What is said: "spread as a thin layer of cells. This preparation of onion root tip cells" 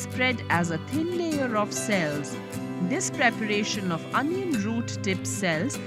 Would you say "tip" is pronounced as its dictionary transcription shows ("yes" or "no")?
yes